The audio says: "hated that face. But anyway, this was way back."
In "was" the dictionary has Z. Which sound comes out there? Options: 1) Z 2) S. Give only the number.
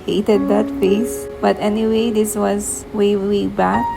1